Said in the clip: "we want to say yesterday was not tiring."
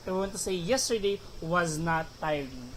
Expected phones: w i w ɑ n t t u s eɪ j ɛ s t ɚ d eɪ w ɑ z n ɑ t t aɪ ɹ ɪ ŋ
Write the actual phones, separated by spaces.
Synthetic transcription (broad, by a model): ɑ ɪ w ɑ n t t u s eɪ j ɛ s t ɚ d eɪ w ɑ z n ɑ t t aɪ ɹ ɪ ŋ